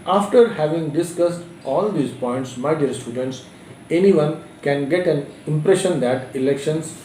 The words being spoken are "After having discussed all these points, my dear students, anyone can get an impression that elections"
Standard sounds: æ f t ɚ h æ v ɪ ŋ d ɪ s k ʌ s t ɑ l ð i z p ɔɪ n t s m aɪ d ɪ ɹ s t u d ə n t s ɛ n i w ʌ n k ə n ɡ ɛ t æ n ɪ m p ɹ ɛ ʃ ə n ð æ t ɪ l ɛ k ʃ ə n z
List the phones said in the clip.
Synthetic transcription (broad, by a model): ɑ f t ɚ h æ v ɪ ŋ d ɪ s k ʌ s t ɑ l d i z p ɔɪ n t s m aɪ d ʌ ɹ s t u d ə n t s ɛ n i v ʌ n k ə n ɡ ɛ t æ n ɪ m p ɹ ɛ ʃ ə n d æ t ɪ l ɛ k ʃ ə n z